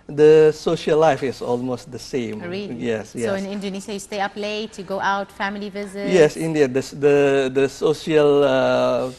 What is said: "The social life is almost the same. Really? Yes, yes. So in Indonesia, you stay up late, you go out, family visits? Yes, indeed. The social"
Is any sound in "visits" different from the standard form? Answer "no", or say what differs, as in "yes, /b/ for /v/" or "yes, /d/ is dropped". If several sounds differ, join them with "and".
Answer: yes, /s/ is dropped